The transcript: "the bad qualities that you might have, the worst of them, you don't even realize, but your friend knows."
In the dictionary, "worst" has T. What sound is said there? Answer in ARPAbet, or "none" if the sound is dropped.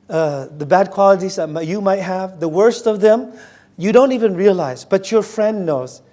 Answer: T